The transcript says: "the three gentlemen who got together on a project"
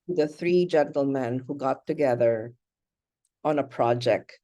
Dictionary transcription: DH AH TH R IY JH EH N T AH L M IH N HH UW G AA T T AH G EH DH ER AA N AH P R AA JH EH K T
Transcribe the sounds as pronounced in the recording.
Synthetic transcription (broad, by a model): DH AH TH R IY JH EH N T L M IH N HH UW G AA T T AH G EH DH ER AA N AH P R AA JH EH K T